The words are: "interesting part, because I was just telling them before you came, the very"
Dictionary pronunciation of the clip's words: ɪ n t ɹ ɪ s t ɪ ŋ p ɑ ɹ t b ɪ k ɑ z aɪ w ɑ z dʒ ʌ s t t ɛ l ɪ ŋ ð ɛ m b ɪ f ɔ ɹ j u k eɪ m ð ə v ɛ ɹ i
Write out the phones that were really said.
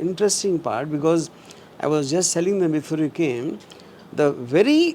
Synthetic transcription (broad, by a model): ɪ n t ɹ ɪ s t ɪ ŋ p ɑ ɹ t b ɪ k ɑ z aɪ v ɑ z dʒ ʌ s t s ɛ l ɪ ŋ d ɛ m b ɪ f ɔ ɹ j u k eɪ m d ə v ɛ ɹ i